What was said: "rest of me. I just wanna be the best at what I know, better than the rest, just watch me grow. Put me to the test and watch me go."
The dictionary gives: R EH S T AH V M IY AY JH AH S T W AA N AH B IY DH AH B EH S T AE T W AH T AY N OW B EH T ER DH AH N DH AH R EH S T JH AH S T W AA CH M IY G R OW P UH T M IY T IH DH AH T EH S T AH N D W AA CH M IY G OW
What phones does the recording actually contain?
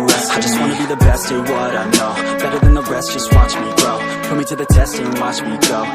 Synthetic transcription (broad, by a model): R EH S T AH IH JH AH S T W AA N AH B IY DH AH B EH S T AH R W AH T AY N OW B EH T ER DH AH N DH AH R EH S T JH AH S T W AA CH M IY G OW F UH M IY T IH DH AH T EH S T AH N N W AA CH M IY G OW